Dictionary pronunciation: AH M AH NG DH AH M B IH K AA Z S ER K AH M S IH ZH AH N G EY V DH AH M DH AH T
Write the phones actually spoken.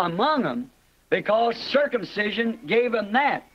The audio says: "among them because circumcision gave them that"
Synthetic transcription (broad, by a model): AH M AH NG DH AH M B IH K AA Z S ER K AH M S IH ZH AH N G EY V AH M DH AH T